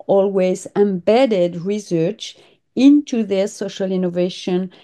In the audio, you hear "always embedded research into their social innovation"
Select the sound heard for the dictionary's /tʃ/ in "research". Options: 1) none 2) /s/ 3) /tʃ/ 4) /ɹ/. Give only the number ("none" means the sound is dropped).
3